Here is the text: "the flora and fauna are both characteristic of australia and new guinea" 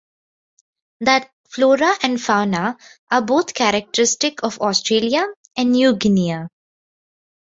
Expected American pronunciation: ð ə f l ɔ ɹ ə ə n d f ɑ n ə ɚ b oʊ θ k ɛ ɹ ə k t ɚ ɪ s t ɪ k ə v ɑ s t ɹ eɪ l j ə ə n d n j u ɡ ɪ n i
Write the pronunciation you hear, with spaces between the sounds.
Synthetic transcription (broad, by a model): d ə f l ɔ ɹ ə ə n d f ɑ n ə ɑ b oʊ t k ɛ ɹ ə k t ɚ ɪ s t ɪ k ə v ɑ s t ɹ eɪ l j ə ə n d n j u ɡ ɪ n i